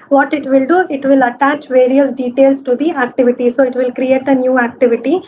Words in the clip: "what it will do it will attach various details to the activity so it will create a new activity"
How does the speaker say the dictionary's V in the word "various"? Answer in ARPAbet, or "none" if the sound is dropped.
V